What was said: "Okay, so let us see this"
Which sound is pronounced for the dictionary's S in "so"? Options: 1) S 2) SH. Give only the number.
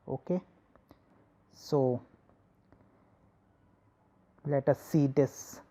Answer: 1